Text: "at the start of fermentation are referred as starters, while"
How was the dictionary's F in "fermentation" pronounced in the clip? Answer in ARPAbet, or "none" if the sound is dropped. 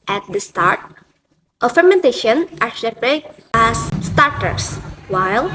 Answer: F